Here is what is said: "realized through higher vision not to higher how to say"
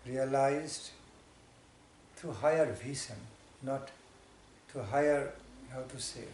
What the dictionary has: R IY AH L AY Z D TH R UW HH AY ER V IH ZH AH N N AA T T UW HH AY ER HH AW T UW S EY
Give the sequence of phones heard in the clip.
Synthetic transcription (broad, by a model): R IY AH L AY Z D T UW HH AY ER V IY S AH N N AA T T UW HH AY ER HH AW T UW S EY